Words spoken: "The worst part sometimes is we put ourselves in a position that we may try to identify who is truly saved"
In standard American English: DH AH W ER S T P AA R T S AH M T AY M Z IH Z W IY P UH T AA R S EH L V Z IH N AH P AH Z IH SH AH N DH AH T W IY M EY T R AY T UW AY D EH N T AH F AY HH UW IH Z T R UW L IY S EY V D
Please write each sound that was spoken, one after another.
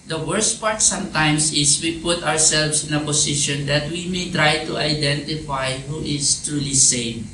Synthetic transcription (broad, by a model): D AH W ER S T P AA R T S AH M T AY M S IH S W IY P UH T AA R S EH L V S IH N AH P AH S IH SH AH N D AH T W IY M EY T R AY T UW AY D EH N T AH F AY HH UW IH S T R UW L IY S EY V